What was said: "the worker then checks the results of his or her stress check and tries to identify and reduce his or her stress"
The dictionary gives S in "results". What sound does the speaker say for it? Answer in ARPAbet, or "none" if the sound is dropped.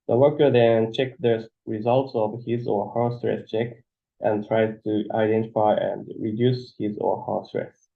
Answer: S